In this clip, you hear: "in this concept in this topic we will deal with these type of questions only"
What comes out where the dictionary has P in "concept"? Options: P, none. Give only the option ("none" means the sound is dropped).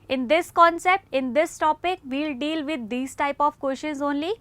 P